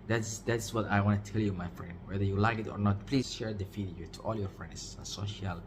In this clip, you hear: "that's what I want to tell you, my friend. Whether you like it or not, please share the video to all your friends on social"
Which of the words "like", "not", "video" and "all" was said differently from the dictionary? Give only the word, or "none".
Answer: video